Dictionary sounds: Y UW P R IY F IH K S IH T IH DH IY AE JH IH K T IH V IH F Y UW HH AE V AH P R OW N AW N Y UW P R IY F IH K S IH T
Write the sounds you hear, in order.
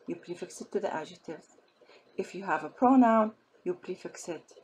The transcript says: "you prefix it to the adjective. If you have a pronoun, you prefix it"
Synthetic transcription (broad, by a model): Y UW P R IY F IH K S IH T IH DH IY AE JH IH T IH V IH F Y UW HH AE V AH P R OW N AW N Y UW P R IY F IH K S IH T